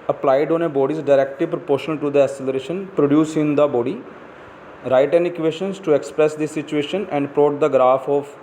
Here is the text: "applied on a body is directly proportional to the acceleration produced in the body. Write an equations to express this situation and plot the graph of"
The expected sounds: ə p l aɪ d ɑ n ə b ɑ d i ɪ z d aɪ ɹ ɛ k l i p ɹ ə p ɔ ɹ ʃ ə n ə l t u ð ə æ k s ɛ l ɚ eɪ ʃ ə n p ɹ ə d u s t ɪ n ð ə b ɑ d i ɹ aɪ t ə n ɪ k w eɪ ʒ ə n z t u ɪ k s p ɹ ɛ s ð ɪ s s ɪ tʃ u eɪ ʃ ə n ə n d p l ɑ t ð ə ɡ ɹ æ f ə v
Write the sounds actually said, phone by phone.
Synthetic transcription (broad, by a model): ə p l aɪ d ɑ n ə b ɑ d i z d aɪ ɹ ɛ k l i p ɹ ə p ɔ ɹ ʃ ə n ə l t u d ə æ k s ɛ l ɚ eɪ ʃ ə n p ɹ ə d u s ɪ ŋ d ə b ɑ d i ɹ aɪ t ə n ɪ k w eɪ ʃ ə n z t u ɪ k s p ɹ ɛ s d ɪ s s ɪ tʃ u eɪ ʃ ə n ə n d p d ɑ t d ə ɡ ɹ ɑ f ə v